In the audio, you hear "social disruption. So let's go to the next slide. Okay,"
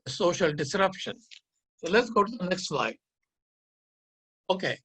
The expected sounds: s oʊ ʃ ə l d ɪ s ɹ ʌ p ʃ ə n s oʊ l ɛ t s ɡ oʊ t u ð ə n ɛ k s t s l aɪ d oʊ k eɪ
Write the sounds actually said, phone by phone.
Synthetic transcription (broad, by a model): s oʊ ʃ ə l d ɪ s ɹ ʌ p ʃ ə n s oʊ l ɛ t s ɡ oʊ t u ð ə n ɛ k s t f l aɪ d oʊ k eɪ